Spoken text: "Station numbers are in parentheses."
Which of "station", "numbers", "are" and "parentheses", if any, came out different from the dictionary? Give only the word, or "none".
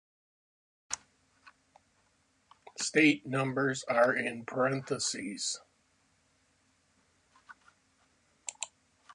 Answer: station